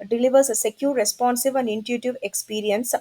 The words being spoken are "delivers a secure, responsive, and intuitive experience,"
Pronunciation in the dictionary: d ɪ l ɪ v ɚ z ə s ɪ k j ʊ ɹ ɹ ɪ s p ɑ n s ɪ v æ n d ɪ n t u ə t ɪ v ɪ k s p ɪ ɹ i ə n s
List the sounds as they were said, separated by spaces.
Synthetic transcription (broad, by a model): d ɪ l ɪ v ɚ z ə s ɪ k j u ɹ ɹ ɪ s p ɑ n s ɪ v æ n d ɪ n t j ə t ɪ v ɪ k s p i ɹ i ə n s